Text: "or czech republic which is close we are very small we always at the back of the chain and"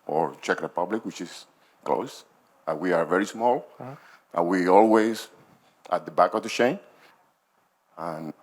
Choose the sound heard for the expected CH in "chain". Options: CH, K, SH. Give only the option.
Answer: SH